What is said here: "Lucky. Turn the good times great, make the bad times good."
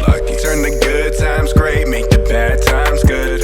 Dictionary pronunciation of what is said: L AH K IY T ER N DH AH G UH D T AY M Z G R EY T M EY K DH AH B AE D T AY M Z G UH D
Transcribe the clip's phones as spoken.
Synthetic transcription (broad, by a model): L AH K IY S ER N DH AH G UH D T AY M Z G R EY T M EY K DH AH B AE D T AY M Z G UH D